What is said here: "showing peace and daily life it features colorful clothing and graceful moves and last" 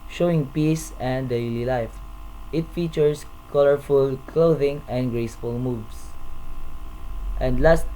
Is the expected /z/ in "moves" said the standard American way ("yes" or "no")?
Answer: no